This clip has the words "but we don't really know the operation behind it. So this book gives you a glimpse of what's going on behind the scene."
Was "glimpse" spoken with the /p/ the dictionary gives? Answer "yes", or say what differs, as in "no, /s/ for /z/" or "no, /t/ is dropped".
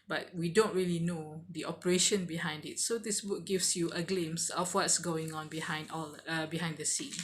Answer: no, /p/ is dropped